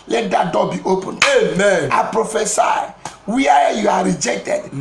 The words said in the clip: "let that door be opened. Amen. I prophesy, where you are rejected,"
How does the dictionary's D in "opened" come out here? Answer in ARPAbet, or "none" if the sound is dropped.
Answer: none